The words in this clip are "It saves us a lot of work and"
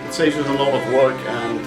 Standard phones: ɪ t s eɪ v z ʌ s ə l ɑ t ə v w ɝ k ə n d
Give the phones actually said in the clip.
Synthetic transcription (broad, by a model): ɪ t s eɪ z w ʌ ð ə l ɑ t ə v w ɝ k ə n